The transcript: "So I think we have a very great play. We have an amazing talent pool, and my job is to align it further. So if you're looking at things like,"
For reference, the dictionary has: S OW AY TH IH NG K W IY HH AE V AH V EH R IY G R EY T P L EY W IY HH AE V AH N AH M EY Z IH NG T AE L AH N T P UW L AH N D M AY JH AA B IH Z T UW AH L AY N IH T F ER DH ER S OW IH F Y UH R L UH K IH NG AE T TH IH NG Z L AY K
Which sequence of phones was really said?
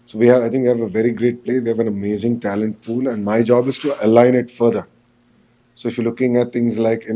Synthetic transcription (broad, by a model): S OW AY T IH NG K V IY HH AE V AH V EH R IY G R EY T P L EY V IY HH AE V AH N AH M EY Z IH NG T AE L AH N T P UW L AH N D M AY JH AA B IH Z T UW AH L AY N IH T F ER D ER S OW IH F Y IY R L UH K IH NG AE T T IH NG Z L AY K